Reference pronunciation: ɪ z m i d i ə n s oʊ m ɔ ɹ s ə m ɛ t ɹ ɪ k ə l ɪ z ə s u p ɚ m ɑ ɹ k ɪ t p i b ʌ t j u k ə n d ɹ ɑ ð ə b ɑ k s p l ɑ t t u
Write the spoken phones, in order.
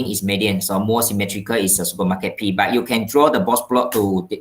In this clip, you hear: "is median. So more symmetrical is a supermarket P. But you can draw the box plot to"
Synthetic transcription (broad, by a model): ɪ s m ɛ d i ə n s oʊ m ɔ s ə m ɛ t ɹ ɪ k ə l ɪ s ə s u p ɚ m ɑ k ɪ t p i b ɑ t j u k ə n d ɹ ɑ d ə b ɑ s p l ɑ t t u